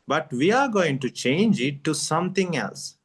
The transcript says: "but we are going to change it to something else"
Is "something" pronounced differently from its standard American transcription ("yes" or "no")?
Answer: yes